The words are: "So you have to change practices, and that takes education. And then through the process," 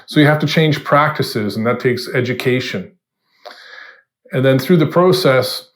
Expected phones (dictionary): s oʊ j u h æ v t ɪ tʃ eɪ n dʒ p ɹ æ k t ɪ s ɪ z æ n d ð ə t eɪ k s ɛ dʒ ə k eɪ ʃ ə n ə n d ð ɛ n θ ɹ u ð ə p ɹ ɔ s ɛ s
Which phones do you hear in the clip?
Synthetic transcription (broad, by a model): s oʊ j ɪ h æ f t ɪ tʃ eɪ n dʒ p ɹ æ k t ɪ s ɪ z n ð ə t eɪ k s ɛ dʒ ə k eɪ ʃ ə n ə n ð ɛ n θ ɹ u ð ə p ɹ ɔ s ɛ s